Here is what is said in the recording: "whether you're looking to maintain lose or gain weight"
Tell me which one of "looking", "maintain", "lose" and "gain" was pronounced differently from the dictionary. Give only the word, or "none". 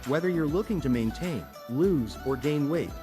none